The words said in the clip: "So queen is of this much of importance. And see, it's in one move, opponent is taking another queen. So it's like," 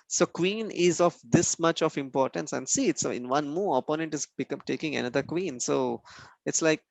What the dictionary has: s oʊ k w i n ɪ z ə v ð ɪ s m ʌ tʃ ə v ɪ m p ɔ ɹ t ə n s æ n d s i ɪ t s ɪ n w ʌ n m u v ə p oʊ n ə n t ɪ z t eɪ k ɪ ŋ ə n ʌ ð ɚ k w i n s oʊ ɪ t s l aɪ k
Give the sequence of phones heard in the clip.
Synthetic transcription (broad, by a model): s oʊ k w i n ɪ z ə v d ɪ s m ʌ tʃ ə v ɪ m p ɔ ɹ t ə n s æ n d s i ɪ t s ɪ n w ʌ n m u ə p oʊ n ə n t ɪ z t eɪ k ɪ ŋ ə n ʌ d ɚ k w i n s oʊ ɪ t s l aɪ k